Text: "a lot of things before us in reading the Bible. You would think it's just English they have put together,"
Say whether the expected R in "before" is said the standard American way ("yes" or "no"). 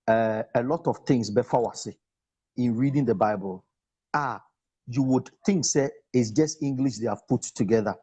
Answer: no